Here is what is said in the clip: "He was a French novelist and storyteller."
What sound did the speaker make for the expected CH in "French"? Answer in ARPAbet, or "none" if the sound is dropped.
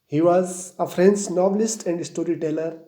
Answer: S